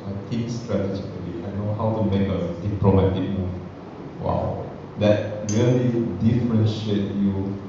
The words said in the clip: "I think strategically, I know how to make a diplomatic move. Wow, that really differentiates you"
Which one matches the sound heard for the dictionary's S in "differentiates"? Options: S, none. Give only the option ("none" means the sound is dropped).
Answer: none